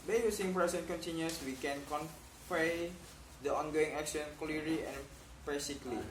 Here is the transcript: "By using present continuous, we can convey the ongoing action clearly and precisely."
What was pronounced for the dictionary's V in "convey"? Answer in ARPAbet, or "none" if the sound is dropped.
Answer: P